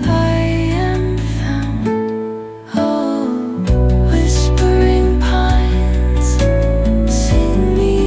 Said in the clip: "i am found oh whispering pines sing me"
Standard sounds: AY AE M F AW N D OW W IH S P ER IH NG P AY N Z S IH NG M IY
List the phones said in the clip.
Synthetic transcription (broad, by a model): AY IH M F AW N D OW W IH S P ER IH NG P AY N Z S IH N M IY